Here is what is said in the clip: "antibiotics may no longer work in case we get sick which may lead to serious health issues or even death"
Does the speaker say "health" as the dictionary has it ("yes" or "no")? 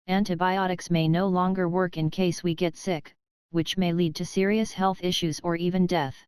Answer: yes